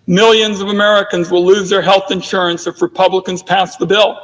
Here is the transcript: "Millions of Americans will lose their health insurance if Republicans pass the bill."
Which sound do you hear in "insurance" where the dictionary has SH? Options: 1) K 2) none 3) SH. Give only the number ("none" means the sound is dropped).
3